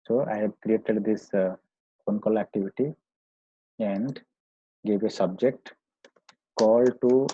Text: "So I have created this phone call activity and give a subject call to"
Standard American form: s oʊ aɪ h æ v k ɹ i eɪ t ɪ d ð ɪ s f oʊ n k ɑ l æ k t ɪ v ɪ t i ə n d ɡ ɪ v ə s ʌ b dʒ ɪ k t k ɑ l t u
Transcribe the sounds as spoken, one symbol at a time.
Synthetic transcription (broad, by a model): s oʊ aɪ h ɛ b k ɹ i eɪ t ɪ d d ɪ s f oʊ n k ɑ l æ k t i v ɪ t i ə n d ɡ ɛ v ə s ʌ b dʒ ɪ k t k ɑ l t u